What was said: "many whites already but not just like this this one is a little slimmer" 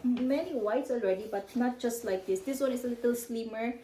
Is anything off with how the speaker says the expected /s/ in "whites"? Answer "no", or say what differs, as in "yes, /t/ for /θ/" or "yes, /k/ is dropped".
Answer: no